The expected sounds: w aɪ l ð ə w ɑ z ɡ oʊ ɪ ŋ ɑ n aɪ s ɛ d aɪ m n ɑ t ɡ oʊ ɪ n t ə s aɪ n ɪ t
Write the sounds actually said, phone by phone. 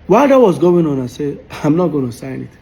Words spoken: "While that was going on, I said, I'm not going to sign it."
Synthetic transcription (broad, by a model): w aɪ l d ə w ɑ z ɡ oʊ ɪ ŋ ɑ n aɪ s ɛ aɪ m n ɑ t ɡ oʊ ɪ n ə s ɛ n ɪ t